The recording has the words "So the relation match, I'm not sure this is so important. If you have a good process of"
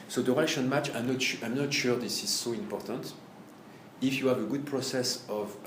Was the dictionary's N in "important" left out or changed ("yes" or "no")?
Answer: no